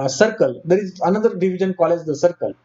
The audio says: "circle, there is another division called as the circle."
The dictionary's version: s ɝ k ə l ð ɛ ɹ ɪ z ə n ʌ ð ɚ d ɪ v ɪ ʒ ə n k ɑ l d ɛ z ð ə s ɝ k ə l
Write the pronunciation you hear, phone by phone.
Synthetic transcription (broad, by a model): s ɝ k ə l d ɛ ɹ ɪ z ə n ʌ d ɚ d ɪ v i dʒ ə n k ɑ l ɛ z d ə s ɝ k ə l